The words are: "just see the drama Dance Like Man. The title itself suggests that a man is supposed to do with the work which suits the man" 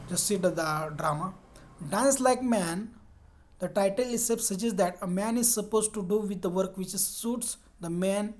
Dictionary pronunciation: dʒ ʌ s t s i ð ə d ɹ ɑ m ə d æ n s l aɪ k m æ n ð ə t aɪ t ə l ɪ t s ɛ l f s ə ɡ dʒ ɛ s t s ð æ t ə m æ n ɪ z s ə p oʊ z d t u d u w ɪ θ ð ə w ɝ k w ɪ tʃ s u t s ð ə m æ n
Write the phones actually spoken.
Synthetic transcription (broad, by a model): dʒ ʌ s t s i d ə d ɹ ɑ m ə d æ n s l aɪ k m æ n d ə t aɪ t ə l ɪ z s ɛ f s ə dʒ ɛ s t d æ t ə m æ n ɪ z s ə p oʊ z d t u d u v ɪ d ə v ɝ k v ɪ tʃ s u t s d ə m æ n